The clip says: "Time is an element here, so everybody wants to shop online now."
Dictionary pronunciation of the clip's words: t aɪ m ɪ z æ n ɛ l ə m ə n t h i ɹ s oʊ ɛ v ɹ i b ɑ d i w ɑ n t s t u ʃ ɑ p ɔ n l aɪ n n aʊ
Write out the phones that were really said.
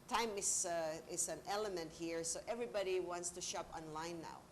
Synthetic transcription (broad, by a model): t aɪ m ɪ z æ n ɛ l ə m ə n t h i ɹ s oʊ ɛ v ɹ i b ɑ d i w ɑ n t s t u ʃ ɑ p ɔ n l aɪ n n aʊ